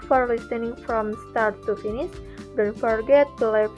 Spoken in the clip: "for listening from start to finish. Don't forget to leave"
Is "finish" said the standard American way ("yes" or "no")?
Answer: no